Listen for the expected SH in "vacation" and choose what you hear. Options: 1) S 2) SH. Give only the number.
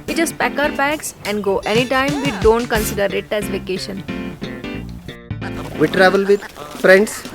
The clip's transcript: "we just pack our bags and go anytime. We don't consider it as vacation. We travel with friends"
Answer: 2